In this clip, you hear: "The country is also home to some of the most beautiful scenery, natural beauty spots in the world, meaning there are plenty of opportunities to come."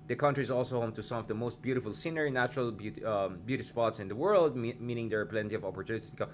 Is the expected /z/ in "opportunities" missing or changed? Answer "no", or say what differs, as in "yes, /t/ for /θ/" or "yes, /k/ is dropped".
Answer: yes, /z/ is dropped